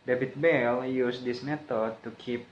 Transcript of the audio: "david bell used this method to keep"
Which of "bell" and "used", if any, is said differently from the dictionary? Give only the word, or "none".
used